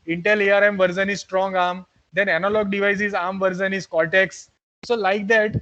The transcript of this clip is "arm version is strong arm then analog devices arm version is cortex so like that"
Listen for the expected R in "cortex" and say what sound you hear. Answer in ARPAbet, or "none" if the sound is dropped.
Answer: L